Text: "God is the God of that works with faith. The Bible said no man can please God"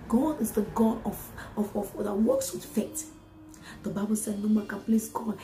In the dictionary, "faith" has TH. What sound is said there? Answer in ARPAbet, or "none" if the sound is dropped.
T